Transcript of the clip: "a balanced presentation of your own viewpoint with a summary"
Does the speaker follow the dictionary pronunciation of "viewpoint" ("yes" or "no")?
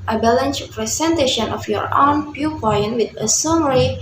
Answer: no